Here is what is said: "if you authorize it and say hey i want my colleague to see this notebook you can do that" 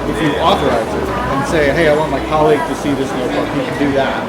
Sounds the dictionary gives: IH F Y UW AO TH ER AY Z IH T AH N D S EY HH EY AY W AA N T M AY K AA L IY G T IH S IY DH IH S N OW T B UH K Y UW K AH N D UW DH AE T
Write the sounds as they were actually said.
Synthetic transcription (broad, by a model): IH F Y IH AO TH ER AY Z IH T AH N S EY HH EY AY W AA N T M AY K AA L IY G T IH S IY DH IH S N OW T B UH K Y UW K AH N D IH DH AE T